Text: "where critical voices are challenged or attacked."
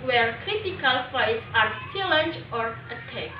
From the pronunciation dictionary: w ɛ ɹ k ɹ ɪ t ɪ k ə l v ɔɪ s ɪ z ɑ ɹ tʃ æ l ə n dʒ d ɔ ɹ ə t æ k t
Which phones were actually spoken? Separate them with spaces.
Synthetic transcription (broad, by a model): w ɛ ɹ k ɹ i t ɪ k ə l f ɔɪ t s ɑ ɹ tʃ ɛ l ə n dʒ ɔ ɹ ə t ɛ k